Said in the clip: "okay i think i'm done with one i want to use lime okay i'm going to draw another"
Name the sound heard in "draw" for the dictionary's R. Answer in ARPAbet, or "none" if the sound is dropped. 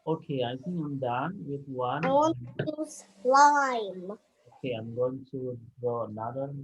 none